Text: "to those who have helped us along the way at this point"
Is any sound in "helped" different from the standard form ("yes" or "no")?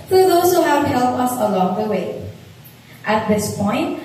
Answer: yes